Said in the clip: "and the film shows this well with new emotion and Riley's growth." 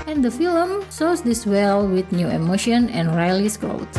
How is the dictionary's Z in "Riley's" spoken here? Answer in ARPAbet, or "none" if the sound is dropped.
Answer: S